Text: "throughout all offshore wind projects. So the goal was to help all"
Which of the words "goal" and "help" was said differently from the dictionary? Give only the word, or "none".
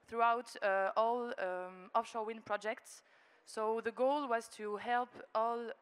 none